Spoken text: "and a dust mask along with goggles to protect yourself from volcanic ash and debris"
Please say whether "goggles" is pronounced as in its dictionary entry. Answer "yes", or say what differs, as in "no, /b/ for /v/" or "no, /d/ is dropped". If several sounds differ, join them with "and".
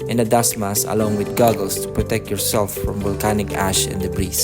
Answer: no, /s/ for /z/